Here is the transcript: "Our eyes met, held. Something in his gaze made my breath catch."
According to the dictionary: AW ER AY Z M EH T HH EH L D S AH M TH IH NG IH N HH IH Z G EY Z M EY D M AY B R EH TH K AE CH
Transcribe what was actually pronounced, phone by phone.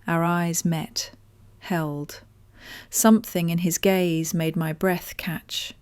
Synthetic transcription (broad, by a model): AW ER AY Z M EH T HH EH L D S AH M TH IH NG IH N IH Z G EY Z M EY D M AY B R EH TH K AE CH